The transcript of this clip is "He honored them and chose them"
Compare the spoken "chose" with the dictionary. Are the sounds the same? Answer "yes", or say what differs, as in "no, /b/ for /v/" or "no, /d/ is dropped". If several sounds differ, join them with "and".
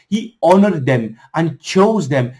yes